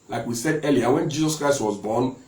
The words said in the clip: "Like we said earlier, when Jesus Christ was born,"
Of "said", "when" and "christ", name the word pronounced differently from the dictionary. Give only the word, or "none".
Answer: none